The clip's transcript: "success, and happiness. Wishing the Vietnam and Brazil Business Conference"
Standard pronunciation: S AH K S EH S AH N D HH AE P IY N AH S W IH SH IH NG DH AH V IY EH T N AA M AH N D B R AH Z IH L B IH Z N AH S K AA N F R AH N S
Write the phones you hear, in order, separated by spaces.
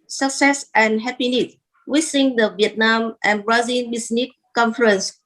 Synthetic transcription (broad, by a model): S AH K S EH S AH N HH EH P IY N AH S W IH S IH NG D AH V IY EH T N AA M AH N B R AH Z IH N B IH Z N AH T K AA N F R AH N S